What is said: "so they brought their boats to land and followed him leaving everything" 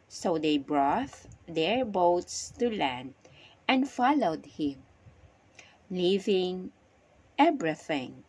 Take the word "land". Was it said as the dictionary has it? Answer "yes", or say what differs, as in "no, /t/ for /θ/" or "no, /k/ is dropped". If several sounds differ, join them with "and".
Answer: yes